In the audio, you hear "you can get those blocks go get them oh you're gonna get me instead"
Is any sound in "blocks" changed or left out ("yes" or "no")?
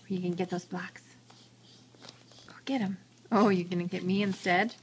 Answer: no